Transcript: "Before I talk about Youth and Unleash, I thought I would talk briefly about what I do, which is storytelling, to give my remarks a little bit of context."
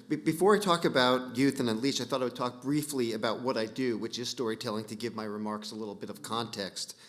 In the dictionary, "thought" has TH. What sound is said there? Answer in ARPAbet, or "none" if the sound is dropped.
TH